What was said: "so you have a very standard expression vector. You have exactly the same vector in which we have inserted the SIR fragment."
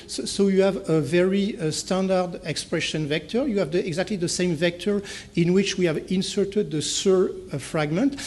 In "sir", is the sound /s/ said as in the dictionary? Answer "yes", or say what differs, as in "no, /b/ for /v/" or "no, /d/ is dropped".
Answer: yes